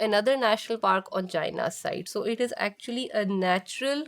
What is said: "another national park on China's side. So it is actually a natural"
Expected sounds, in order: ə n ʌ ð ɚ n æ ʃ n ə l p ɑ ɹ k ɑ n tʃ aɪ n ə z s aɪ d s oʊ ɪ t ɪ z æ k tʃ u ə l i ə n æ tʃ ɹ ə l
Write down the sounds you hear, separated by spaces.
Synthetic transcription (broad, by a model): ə n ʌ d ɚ n æ ʃ n ə l p ɑ ɹ k ɑ n tʃ aɪ n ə s aɪ d s oʊ ɪ t ɪ z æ k tʃ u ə l i ə n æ tʃ ɹ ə l